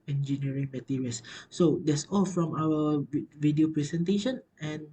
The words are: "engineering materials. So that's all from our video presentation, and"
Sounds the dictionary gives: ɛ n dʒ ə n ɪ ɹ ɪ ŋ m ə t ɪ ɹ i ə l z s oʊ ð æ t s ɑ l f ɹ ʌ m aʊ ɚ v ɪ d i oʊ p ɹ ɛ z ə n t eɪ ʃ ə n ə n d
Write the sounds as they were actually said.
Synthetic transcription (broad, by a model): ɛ n dʒ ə n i ɹ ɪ ŋ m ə t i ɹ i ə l s oʊ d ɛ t s ɑ l f ɹ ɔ m aʊ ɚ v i d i oʊ p ɹ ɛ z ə n t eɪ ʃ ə n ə n